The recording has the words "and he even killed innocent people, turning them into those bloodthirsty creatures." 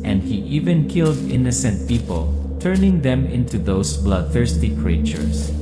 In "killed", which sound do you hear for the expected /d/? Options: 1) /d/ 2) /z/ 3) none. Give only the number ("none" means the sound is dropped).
1